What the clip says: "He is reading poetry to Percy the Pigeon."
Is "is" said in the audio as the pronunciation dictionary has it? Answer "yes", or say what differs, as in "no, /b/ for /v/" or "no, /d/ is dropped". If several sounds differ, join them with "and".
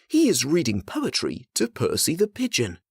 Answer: yes